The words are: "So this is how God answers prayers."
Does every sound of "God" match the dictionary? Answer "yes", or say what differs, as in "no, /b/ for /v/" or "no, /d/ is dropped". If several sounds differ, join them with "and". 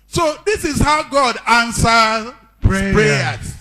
yes